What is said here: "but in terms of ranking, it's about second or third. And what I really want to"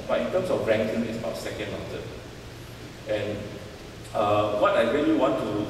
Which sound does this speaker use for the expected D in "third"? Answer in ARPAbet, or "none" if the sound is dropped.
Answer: none